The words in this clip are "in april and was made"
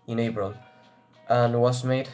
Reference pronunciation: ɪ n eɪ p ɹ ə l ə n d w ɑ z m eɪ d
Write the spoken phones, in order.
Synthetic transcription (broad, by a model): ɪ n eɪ b ɹ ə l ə n w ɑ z m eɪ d